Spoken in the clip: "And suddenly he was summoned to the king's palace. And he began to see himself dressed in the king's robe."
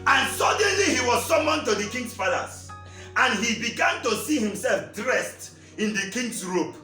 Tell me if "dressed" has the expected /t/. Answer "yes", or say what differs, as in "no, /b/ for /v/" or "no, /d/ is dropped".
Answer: yes